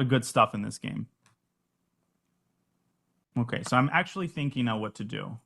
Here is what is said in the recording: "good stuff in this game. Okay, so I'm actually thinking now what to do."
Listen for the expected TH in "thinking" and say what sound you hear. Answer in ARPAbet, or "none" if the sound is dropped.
TH